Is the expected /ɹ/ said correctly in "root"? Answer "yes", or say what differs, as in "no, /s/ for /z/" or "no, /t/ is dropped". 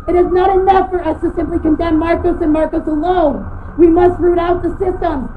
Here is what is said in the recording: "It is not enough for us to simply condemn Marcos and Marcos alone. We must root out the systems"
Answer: yes